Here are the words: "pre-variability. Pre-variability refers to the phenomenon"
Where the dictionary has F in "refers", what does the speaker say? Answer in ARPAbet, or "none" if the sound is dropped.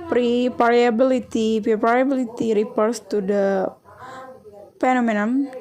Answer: P